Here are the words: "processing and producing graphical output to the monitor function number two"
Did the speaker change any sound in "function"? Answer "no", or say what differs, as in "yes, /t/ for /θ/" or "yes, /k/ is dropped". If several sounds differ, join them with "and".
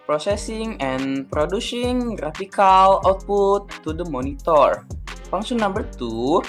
yes, /k/ is dropped